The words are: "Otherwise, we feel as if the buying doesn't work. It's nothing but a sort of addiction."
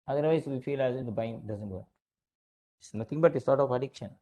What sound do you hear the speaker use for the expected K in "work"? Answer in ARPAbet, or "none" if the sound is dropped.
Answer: none